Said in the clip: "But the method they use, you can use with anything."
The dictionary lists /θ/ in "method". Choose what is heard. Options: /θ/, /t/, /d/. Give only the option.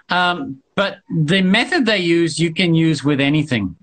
/θ/